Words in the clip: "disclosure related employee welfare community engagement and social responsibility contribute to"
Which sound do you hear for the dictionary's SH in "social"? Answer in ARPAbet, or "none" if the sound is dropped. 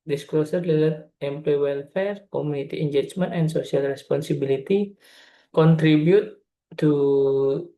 S